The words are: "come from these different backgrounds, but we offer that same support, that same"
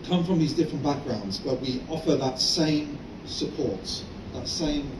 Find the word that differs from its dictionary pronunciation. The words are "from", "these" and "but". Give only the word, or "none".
none